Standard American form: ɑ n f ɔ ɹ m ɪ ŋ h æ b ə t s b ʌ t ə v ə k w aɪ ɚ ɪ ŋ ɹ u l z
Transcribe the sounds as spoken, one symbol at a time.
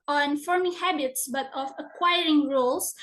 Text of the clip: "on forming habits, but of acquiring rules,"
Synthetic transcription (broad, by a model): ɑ n f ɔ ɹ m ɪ h æ b ə t s b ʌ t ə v ə k w aɪ ɚ ɪ ŋ ɹ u l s